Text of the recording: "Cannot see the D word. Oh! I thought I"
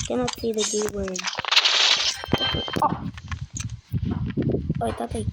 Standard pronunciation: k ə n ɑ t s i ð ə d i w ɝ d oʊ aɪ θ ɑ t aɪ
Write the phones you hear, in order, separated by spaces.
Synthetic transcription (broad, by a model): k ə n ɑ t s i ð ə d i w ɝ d oʊ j t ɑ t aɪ